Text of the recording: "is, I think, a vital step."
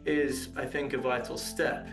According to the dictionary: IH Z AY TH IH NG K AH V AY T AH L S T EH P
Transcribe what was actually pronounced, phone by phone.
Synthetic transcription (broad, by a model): IH Z AY TH IH NG K AH V AY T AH L S T EH P